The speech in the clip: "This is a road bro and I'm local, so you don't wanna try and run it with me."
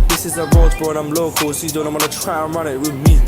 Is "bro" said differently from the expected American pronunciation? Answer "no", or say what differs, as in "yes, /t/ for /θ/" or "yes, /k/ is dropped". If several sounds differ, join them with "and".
yes, /ɹ/ is dropped